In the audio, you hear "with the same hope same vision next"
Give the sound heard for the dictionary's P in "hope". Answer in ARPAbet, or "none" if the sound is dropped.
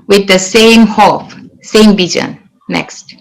F